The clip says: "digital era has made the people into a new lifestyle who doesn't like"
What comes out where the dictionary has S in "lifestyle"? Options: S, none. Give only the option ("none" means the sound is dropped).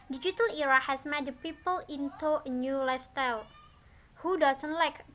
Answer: none